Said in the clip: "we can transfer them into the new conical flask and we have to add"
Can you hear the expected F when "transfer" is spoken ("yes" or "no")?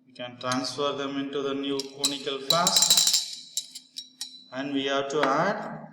yes